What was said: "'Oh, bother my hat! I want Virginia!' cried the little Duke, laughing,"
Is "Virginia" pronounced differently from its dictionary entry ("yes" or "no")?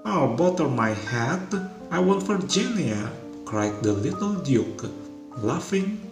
yes